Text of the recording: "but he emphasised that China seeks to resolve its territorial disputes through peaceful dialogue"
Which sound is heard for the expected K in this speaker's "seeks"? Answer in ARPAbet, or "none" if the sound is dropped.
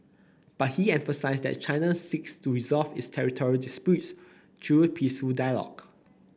K